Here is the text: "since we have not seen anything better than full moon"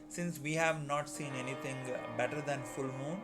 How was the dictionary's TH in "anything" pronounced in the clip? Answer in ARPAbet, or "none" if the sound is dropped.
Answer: T